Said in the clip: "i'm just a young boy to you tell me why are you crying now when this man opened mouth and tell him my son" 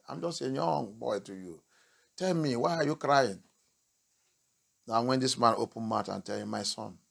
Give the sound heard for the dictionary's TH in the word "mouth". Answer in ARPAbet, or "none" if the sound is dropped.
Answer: T